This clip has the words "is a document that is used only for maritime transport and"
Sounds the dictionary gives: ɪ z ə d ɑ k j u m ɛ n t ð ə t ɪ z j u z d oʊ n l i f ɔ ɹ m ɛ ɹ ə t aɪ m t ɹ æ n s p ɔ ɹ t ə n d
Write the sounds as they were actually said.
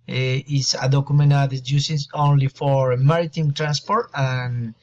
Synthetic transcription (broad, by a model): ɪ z ə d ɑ k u m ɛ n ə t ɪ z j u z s oʊ n l i f ɔ ɹ m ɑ ɹ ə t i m t ɹ æ n s p ɔ ɹ t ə n